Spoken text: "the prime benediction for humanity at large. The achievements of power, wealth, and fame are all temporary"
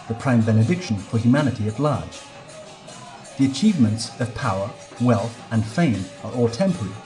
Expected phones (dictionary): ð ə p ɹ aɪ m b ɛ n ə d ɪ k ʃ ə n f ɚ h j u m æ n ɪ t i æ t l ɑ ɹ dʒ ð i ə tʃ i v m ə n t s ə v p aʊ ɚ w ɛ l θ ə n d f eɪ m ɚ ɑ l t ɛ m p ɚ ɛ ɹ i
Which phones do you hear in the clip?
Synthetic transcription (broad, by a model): ð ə p ɹ aɪ m b ɛ n ə d ɪ k ʃ ə n f ɚ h j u m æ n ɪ t i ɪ t l ɑ ɹ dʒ ð i ə tʃ i v m ə n t s ə v p aʊ ɚ w ɛ l θ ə n f eɪ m ɚ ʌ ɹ t ɛ m p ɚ ɹ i